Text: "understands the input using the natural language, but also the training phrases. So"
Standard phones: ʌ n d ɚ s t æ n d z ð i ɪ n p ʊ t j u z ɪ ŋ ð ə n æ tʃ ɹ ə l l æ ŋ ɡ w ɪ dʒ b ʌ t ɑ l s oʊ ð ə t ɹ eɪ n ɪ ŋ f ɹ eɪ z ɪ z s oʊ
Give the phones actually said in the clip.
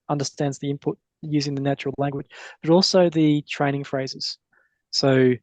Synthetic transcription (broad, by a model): ʌ n d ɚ s t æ n d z ð i ɪ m p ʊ t j u z ɪ ŋ ð ə n æ tʃ ɹ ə l l æ ŋ ɡ w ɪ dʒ b ʌ t ɑ l s oʊ ð ə t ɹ eɪ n ɪ ŋ f ɹ eɪ z ɪ z s oʊ